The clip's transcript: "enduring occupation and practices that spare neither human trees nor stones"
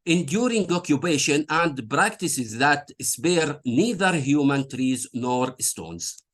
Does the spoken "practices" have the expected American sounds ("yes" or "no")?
yes